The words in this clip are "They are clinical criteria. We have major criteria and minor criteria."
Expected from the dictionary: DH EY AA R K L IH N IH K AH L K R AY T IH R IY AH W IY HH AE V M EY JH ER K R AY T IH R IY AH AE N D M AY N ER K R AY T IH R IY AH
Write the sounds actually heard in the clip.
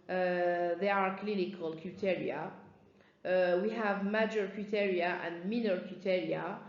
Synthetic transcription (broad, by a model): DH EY AA R K L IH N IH K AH L K UW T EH R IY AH W IY HH AE V M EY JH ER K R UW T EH R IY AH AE N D M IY N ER K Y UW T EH R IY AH